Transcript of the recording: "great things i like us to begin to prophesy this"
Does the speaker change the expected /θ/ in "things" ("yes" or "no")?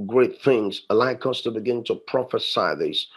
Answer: no